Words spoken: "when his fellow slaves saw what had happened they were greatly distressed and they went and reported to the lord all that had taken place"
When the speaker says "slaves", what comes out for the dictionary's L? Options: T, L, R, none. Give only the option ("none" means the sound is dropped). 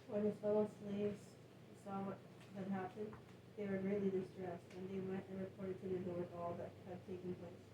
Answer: L